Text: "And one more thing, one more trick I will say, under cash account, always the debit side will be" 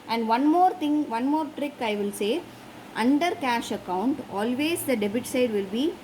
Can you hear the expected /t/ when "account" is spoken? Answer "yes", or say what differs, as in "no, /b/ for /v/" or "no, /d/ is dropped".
yes